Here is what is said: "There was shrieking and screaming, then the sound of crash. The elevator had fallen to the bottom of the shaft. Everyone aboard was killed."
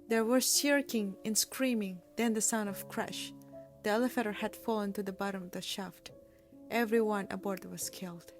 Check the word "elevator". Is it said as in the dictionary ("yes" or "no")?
no